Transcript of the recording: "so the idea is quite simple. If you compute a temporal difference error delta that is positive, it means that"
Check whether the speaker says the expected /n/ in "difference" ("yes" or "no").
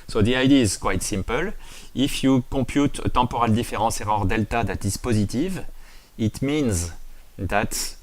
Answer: no